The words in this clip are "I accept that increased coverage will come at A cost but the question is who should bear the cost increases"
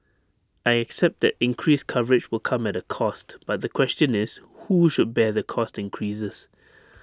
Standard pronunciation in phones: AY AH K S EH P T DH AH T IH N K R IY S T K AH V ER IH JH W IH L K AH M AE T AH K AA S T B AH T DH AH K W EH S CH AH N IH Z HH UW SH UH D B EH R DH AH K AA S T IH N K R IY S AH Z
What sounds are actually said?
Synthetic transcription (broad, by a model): AY AH K S EH P T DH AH T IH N K R IY S K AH V ER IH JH W IH L K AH M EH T AH K AA S T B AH T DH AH K W EH S CH AH N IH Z HH UW SH UH D B EH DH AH K AA S T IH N K R IY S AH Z